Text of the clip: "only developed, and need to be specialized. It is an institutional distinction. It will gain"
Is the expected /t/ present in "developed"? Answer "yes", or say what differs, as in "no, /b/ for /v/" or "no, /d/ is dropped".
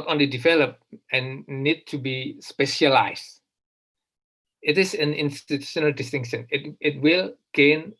no, /t/ is dropped